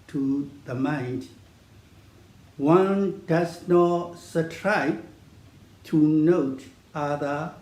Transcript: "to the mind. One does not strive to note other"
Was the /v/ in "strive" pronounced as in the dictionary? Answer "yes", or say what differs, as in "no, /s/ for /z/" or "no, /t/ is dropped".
no, /b/ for /v/